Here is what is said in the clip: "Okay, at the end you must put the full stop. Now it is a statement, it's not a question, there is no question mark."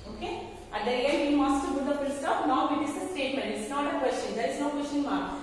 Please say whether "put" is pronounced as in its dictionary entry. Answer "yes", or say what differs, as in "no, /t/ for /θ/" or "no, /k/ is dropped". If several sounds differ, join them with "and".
no, /b/ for /p/